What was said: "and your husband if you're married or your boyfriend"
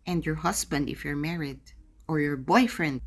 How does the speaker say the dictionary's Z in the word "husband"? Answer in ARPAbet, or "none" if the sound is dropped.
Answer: S